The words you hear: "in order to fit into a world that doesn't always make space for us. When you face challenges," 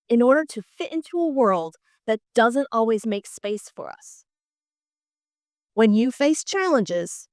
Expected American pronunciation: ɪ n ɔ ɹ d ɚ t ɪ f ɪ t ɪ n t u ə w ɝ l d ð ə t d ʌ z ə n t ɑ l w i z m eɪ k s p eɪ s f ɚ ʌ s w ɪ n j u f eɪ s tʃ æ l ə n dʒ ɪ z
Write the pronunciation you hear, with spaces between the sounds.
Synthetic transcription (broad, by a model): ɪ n ɔ ɹ d ɚ t ɪ f ɪ t ɪ n t u ə w ɝ l d ð ə t d ʌ z ə n t ɑ l w i z m eɪ k s p eɪ s f ɚ ʌ s w ɪ n j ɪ f eɪ s tʃ æ l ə n dʒ ɪ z